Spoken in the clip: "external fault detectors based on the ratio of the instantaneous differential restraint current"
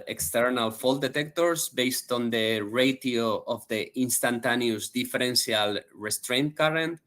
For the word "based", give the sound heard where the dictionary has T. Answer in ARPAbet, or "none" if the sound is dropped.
T